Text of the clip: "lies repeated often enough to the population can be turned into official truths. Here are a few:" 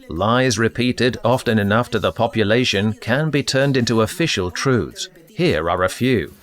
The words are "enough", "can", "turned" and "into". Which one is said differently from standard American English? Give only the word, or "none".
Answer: none